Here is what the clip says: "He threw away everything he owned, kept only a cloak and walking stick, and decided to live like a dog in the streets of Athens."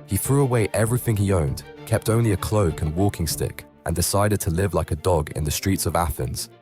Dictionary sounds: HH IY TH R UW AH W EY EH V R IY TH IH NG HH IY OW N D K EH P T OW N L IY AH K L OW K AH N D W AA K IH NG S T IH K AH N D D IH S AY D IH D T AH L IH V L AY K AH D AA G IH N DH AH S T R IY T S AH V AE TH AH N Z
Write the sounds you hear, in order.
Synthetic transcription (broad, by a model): HH IY TH R UW AH W EY EH V R IY TH IH NG IY OW N D K EH P T OW N L IY AH K L OW K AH N W AA K IH NG S T IH K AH N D D IH S AY D IH D T AH L IH V L AY K AH D AA G IH N DH AH S T R IY T S AH V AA TH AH N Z